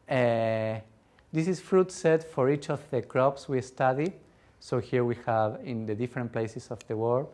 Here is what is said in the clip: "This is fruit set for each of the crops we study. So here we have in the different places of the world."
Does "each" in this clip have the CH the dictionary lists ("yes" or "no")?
yes